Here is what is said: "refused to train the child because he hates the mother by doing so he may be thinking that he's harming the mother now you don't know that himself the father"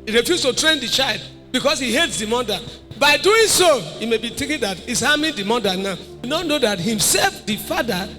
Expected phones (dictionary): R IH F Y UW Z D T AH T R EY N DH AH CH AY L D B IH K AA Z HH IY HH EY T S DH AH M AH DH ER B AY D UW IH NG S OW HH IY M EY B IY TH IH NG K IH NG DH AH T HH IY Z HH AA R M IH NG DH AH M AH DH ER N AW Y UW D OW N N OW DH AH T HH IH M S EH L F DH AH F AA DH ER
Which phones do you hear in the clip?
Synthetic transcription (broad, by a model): R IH F Y UW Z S T AH T R EY N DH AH CH AY L D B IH K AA S HH IY HH EY T S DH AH M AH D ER B AY D UW IH NG S OW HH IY M EY B IY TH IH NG K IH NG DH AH T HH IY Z HH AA M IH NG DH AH M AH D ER N AW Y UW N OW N N OW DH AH T HH IH M S EH L F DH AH F AA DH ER